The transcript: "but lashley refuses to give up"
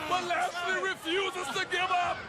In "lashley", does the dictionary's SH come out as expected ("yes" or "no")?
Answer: no